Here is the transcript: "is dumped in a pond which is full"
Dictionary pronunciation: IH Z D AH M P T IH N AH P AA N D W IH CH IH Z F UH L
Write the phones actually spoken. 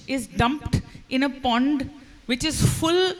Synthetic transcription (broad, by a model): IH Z D AH M P T IH N AH P AA N D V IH CH IH Z F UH L